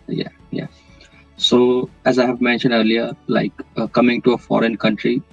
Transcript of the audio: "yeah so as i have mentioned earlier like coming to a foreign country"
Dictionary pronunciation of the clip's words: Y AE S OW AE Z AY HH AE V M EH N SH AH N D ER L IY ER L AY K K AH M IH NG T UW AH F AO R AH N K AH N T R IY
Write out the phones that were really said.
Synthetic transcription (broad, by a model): Y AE S OW AE Z AY HH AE V M EH N SH AH N D ER L IY ER L AY K K AH M IH NG T UW AH F AO R AH N K AH N T R IY